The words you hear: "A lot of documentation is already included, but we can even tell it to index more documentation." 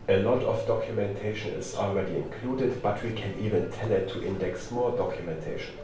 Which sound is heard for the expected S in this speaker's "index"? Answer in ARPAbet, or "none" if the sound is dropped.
S